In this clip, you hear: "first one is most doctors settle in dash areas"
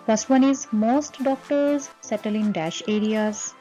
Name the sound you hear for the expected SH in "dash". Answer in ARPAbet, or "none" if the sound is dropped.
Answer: SH